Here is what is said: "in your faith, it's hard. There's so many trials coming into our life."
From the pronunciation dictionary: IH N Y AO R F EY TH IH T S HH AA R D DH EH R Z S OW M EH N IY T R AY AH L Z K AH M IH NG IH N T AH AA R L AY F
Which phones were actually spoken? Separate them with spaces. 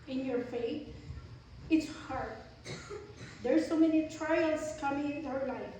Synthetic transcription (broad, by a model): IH N Y AO R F EY T IH T S HH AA R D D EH R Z S OW M EH N IY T R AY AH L S K AH M IH NG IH T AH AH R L AY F